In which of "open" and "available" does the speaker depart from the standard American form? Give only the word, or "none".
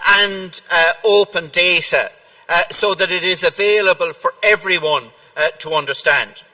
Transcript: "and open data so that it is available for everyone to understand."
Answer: none